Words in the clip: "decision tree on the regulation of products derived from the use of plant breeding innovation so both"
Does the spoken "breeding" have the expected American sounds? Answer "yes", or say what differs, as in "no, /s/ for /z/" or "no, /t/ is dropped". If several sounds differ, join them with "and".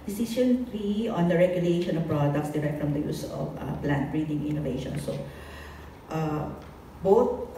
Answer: yes